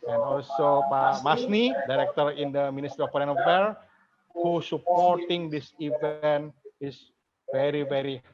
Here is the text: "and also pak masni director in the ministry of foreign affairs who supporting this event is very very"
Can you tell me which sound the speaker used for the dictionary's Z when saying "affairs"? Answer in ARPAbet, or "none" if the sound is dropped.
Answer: none